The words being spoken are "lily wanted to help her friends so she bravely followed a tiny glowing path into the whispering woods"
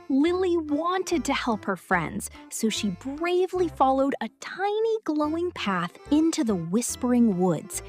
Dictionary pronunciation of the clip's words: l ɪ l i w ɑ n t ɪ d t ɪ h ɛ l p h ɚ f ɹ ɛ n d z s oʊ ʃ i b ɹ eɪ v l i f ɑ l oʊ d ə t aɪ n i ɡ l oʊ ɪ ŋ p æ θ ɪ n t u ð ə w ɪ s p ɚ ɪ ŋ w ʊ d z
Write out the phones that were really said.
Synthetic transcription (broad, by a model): l ɪ l i w ɑ n t ɪ d t ɪ h ɛ l p h ɚ f ɹ ɛ n d z s oʊ ʃ i b ɹ eɪ v l i f ɑ l oʊ d ə t aɪ n i ɡ l oʊ ɪ ŋ p æ θ ɪ n t u ð ə w ɪ s p ɚ ɪ ŋ w ʊ d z